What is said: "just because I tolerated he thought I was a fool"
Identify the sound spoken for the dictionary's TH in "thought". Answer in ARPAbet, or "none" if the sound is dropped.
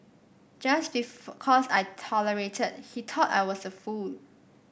T